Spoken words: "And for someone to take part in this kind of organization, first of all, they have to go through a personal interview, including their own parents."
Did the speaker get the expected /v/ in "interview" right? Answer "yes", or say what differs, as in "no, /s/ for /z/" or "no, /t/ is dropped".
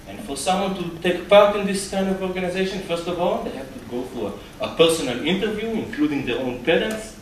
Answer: yes